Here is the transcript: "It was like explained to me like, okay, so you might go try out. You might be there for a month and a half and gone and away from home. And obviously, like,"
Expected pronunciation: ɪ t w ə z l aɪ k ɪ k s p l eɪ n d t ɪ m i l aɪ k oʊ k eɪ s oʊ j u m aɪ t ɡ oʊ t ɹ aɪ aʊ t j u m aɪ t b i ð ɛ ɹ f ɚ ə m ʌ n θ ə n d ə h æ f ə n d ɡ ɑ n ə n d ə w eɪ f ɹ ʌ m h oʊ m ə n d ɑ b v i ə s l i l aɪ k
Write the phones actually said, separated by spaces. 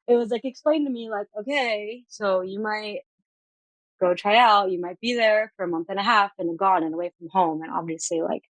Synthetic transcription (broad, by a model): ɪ t w ə z l aɪ k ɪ k s p l eɪ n t ɪ m i l aɪ k oʊ k eɪ s oʊ j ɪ m aɪ t ɡ oʊ t ɹ aɪ aʊ t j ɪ m aɪ t b i ð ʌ ɹ f ɚ ə m ʌ n θ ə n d ə h æ f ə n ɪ ɡ ɑ n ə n ə w eɪ f ɹ ʌ m h oʊ m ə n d ɑ b v i ə s l i l aɪ k